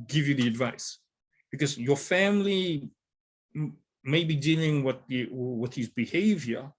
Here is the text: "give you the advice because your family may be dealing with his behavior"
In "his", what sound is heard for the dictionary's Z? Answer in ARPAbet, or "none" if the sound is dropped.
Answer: Z